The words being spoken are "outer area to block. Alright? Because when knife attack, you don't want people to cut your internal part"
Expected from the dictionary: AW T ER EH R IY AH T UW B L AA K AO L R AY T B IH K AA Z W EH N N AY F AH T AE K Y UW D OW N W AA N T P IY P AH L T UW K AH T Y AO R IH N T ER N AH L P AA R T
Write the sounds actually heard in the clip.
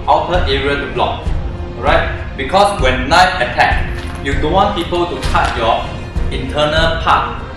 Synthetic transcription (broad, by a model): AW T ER EH R IY AH T UW B L AA K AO R AY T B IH K AA S W EH N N AY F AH T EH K Y UW D OW N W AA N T P IY P AH L T UW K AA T Y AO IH N T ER N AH L P AA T